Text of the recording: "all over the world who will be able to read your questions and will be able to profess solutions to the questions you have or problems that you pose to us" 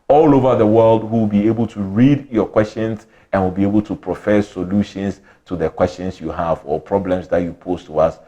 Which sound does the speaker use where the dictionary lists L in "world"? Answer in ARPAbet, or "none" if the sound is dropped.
L